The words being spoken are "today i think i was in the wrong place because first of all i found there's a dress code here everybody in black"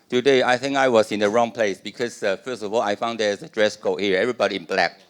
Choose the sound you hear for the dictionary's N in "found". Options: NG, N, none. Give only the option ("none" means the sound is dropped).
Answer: N